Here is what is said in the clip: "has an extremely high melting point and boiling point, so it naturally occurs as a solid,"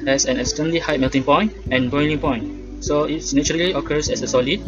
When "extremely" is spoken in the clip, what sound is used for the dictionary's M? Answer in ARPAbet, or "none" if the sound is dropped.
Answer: none